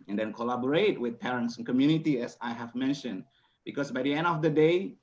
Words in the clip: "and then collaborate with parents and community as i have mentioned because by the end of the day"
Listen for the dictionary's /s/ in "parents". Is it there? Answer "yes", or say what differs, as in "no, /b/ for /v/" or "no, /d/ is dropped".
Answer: yes